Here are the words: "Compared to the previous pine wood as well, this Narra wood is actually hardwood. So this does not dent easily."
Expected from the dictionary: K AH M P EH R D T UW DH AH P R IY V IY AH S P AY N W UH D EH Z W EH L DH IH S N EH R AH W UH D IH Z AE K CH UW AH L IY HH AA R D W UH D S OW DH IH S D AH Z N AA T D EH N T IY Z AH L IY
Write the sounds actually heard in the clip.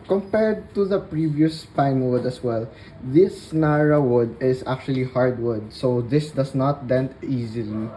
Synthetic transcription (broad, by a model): K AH M P EH R D T UW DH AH P R IY V IY AH S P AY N W UH D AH S W EH L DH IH S N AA R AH W UH D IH S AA K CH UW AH L IY HH AA R D W UH D S OW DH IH S D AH S N AA T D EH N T IY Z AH L IY